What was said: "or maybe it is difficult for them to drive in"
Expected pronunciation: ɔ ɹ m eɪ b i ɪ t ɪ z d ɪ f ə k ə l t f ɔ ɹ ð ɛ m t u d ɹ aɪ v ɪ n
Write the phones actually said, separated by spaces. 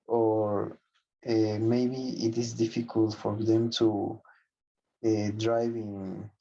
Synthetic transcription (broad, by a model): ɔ ɹ m eɪ b i ɪ t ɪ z d ɪ f ə k ə l t f ɔ ɹ ð ɛ m t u d ɹ aɪ v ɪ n